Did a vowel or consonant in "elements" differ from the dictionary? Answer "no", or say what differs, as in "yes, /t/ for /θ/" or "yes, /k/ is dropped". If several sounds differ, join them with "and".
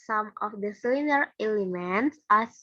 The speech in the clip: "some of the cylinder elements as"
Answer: no